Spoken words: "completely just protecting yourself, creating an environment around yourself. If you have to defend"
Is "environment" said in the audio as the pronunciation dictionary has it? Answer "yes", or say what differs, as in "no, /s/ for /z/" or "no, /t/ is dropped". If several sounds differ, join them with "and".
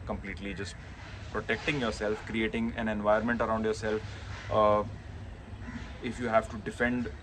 no, /ɹ/ is dropped